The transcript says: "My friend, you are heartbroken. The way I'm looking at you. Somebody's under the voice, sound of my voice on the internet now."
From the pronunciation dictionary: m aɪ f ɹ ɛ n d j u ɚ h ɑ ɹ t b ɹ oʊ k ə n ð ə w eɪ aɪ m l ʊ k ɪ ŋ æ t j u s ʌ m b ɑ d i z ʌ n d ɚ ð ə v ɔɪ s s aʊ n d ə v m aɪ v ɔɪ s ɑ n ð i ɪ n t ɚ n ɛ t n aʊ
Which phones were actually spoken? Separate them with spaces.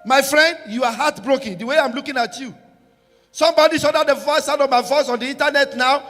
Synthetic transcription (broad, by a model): m aɪ f ɹ ɛ n d j u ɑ h ɑ t b ɹ oʊ k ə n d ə w eɪ aɪ m l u k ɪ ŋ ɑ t j u s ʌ m b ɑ d i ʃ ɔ d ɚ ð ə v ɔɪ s s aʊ d ə v m aɪ v ɔɪ s ɑ n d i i n t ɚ n ɛ t n aʊ